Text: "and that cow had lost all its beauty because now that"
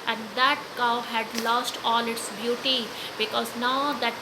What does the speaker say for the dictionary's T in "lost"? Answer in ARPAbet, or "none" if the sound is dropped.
T